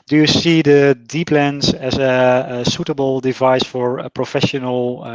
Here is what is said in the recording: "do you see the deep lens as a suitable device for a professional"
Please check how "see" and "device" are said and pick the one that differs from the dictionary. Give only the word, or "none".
none